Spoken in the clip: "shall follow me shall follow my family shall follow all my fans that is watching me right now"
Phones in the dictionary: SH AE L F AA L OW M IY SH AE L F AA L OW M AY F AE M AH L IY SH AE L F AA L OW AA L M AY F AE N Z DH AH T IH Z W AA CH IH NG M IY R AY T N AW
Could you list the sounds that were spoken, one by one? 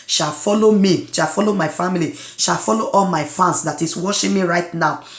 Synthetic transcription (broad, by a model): SH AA L F AA L OW M IY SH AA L F AA L OW M AY F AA M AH L IY SH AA L F AA L OW AA L M AY F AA N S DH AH T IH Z W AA SH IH M IY R AY T N AW